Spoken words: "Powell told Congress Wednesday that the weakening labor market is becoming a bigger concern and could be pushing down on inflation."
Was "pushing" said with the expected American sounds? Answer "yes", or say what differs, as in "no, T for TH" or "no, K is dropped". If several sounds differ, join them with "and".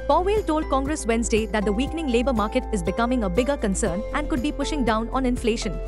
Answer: yes